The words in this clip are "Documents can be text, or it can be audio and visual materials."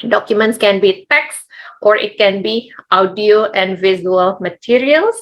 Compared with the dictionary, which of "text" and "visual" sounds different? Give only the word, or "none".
visual